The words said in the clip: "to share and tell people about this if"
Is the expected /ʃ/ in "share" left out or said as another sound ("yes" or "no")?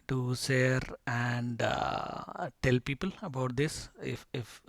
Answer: yes